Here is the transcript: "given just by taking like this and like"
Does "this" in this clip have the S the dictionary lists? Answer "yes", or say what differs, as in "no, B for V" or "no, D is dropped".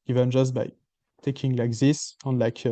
yes